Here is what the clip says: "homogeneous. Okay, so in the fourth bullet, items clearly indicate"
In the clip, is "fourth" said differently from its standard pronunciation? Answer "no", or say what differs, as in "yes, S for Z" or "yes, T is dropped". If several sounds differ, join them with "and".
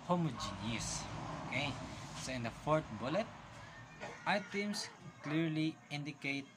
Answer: yes, T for TH